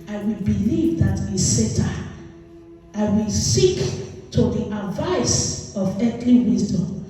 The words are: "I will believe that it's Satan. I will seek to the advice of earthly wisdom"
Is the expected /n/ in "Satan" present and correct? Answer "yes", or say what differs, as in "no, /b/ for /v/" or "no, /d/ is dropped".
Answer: no, /n/ is dropped